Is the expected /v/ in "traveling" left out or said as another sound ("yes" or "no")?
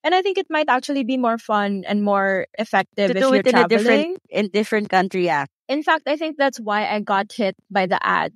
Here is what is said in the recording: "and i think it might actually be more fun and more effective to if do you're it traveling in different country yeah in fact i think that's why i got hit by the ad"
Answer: yes